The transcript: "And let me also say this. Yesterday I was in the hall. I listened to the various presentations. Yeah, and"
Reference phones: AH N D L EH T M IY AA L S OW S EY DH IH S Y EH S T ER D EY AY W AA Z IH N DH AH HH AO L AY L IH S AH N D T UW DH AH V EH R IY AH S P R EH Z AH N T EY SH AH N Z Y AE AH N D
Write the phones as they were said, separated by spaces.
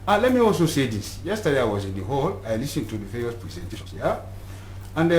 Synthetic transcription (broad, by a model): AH L EH T M IY AA L S OW S EY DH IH S Y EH S T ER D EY AY W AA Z IH N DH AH HH AO L AY L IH S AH N T UW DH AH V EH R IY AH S P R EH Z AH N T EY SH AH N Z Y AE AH N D